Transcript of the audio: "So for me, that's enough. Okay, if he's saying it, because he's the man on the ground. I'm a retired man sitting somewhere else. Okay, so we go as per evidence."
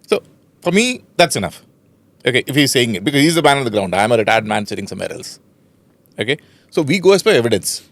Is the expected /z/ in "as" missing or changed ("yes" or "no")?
yes